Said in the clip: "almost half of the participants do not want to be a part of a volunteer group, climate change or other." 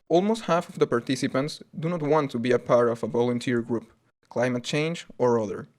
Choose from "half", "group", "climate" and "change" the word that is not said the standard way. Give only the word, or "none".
none